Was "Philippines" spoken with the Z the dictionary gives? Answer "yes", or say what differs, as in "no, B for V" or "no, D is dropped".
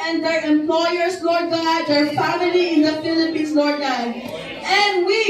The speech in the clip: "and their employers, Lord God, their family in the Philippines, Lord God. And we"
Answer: no, S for Z